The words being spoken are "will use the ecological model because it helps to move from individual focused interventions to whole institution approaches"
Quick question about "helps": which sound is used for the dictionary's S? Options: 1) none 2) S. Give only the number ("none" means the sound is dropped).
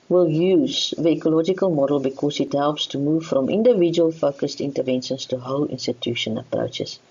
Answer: 2